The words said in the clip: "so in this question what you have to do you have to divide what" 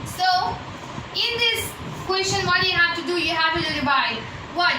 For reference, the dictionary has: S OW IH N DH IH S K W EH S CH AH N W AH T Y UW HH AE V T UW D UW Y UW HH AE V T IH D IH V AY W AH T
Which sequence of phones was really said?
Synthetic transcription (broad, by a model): S OW IH N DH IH S K W EH S CH AH N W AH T Y UW HH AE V T UW D UW Y UW HH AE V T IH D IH B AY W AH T